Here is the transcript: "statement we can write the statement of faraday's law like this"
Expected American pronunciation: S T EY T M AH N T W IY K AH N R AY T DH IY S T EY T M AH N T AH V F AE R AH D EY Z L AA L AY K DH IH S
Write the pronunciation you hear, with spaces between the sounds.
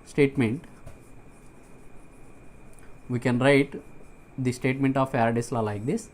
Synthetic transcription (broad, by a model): S T EY T M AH N T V IY K AH N R AY T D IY S T EY T M AH N T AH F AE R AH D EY S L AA L AY K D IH S